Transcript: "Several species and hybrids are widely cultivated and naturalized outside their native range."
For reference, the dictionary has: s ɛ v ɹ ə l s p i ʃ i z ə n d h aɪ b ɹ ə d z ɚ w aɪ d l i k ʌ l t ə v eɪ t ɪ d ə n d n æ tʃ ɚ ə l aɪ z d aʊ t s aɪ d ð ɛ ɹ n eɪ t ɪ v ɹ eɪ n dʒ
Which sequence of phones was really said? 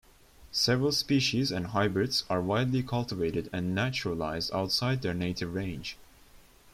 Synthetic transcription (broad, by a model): s ɛ v ɹ ə l s p i ʃ i z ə n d h aɪ b ɹ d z ɚ w aɪ d l i k ʌ l t ə v eɪ t ɪ d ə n n æ tʃ ɚ ə l aɪ z d aʊ t s aɪ d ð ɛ ɹ n eɪ t ɪ v ɹ eɪ n dʒ